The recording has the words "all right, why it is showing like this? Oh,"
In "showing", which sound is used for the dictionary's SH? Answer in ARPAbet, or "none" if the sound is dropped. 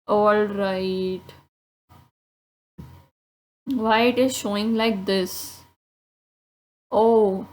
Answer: SH